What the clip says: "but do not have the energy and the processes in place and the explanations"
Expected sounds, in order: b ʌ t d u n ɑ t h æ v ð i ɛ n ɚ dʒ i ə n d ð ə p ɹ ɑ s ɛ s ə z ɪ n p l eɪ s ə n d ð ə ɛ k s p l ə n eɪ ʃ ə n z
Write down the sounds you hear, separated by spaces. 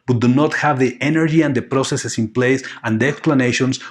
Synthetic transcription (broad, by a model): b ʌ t d u n ɑ t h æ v ð i ɛ n ɚ dʒ i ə n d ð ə p ɹ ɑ s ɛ s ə s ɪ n p l eɪ s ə n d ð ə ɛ k s p l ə n eɪ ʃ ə n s